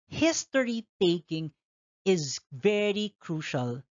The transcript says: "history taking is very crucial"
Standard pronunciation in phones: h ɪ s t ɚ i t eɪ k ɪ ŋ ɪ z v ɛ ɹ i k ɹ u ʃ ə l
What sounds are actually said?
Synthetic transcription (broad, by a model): h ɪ s t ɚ i t eɪ k ɪ ŋ ɪ z v ɛ ɹ i k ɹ u ʃ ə l